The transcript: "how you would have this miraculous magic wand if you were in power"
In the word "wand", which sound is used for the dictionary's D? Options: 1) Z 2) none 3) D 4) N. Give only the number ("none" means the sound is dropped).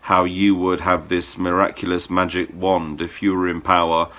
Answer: 3